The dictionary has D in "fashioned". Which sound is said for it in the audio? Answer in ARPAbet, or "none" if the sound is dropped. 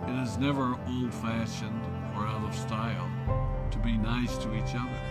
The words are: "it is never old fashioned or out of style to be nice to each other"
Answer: D